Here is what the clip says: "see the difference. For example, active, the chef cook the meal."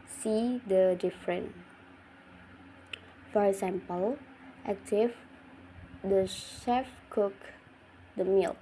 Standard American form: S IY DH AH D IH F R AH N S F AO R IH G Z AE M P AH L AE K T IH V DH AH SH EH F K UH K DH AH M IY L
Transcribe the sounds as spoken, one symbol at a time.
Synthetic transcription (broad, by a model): S IY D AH D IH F R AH N F AO R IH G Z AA M P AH L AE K T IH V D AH SH EH F K UH K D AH M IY L